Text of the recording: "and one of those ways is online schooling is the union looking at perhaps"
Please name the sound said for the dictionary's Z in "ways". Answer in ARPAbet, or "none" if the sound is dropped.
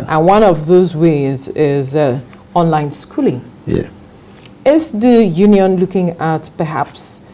Z